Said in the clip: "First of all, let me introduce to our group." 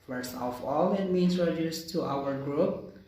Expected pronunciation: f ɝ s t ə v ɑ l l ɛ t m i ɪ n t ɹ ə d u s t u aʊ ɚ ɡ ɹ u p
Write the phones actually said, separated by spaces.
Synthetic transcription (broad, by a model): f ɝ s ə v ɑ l l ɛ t m i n s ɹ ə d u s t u aʊ ɚ ɡ ɹ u p